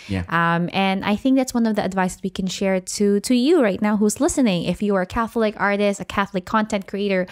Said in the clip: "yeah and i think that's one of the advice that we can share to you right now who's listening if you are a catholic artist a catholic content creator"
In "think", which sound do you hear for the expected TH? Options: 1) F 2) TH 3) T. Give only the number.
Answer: 2